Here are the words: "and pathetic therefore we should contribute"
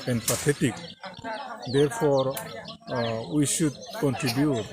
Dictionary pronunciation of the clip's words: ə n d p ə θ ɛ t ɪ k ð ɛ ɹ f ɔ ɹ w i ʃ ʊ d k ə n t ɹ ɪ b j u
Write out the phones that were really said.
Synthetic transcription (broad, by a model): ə n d p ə t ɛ t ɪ k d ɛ ɹ p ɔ ɹ w i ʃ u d k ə n t ɹ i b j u